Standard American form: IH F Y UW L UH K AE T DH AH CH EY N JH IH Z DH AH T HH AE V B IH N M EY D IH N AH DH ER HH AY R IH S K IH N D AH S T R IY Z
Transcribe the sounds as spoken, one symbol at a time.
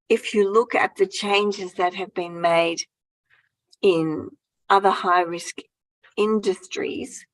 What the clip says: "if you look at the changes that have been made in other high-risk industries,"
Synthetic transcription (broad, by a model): IH F Y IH L UH K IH T DH AH CH EY N JH IH Z DH AH T HH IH V B IH N M EY D IH N AH DH ER HH AY R IH S K IH N D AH S T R IY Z